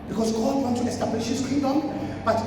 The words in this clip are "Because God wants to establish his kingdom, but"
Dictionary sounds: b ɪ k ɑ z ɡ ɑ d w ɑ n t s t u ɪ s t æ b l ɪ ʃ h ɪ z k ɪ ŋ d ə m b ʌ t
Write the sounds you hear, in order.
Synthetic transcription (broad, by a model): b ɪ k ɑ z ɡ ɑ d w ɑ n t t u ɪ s t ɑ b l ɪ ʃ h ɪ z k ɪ d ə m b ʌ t